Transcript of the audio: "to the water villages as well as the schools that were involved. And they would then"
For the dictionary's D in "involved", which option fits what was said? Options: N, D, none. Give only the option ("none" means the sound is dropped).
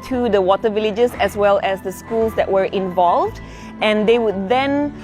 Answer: D